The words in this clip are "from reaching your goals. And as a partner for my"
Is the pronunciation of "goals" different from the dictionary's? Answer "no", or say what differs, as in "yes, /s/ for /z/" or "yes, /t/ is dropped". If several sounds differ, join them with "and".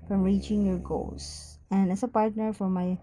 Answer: yes, /s/ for /z/